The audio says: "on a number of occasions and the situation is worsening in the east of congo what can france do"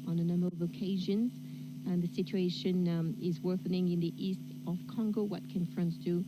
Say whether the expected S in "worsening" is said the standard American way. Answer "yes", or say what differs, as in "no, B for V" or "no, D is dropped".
no, TH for S